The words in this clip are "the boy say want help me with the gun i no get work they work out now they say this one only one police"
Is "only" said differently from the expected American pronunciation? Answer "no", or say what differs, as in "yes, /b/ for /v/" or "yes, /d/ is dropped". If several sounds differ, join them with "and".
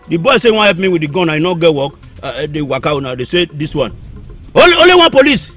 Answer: yes, /l/ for /n/